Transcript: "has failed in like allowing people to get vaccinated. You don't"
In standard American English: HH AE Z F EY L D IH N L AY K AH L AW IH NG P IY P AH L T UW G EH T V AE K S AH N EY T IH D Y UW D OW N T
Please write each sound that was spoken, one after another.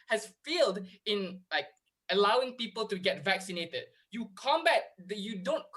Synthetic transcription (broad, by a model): HH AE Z F EY L D IH N L AY K AH L AW IH NG P IY P AH L T UW G EH T V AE K S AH N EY T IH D Y UW D OW N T